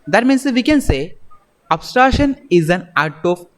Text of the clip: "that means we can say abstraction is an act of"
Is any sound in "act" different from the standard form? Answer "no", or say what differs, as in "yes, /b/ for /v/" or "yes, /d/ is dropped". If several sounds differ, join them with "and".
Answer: yes, /k/ is dropped